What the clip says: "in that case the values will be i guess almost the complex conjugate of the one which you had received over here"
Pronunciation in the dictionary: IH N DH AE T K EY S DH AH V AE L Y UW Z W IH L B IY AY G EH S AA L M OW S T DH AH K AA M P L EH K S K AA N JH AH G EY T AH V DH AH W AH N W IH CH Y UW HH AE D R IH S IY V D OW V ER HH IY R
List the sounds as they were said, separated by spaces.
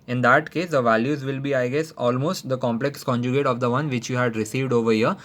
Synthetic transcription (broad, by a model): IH N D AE T K EY S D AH V AE L Y UW Z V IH L B IY AY G EH S AA L M OW S T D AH K AA M P L EH K S K AA N JH AH G EY T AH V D AH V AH N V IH CH Y UW HH AE D R IH S IY V D OW V ER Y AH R